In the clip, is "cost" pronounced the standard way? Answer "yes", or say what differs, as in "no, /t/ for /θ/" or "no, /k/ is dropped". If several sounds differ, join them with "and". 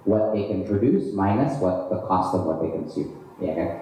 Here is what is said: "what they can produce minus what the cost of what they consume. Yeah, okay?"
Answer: yes